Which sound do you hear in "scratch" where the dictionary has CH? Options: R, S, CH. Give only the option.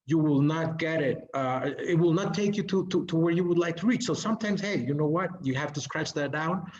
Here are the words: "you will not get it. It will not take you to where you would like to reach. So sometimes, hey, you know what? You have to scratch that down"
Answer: CH